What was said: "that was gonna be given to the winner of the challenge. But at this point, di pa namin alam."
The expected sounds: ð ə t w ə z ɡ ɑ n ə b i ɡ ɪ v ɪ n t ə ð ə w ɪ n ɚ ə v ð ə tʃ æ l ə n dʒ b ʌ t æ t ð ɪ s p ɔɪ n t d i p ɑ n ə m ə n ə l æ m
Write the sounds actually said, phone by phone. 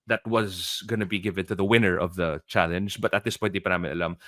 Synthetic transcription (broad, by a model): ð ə t w ə z ɡ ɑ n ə b i ɡ ɪ v ɪ n t ə ð ə w ɪ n ɚ ə v ð ə tʃ æ l ə n dʒ b ʌ t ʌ t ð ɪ s p ɔɪ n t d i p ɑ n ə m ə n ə l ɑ m